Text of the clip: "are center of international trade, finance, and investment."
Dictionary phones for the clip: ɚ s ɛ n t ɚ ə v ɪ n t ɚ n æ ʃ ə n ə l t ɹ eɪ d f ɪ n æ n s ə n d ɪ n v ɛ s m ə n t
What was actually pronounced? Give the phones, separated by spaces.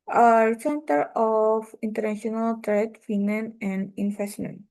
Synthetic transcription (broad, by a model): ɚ s ɛ n t ɚ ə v ɪ n t ɚ n æ ʃ ə n ə l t ɹ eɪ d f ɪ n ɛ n ə n d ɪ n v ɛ s m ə n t